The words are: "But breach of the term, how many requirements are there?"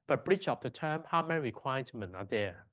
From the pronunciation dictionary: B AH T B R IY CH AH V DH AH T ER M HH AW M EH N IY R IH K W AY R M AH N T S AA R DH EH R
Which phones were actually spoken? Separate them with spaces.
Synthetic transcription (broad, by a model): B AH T B R IY CH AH P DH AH T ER M HH AW M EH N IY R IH K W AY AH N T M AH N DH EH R